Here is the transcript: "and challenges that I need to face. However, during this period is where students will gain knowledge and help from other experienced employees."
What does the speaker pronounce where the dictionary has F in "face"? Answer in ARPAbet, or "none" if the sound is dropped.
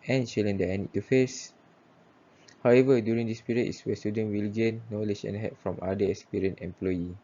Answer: F